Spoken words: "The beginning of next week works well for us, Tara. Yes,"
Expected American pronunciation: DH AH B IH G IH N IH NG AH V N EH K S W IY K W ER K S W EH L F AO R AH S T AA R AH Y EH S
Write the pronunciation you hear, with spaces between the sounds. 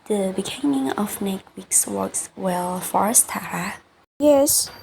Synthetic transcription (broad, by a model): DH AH B IH G IH N IH NG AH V N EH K W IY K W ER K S W EH L F AO R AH S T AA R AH Y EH S